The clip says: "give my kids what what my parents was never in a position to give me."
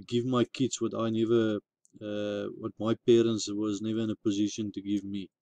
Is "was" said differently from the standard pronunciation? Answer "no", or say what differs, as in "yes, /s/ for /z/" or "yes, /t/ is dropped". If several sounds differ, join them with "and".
no